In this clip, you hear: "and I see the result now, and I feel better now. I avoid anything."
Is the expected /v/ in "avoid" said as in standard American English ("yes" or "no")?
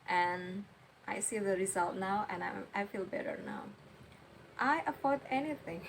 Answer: no